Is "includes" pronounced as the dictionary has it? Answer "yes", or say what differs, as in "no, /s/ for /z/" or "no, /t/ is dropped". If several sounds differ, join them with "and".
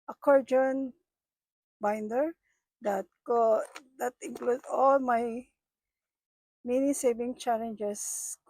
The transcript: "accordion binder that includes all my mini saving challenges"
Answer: no, /z/ is dropped